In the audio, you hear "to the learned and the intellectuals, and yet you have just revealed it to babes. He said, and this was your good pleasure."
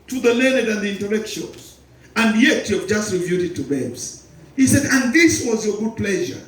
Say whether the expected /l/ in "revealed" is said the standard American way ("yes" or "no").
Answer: no